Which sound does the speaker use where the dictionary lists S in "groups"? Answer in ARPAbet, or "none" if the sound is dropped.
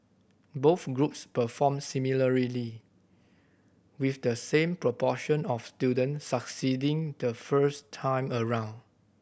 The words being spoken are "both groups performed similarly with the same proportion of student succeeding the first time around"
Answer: S